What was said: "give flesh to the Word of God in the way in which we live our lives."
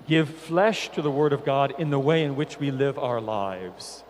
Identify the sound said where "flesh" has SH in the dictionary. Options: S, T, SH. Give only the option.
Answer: SH